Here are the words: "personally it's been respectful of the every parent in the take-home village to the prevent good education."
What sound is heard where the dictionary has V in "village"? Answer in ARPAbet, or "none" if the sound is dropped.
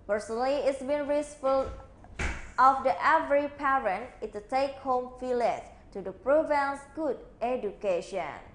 F